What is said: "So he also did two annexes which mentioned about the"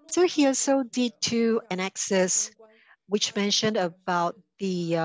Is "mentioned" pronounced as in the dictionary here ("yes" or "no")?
yes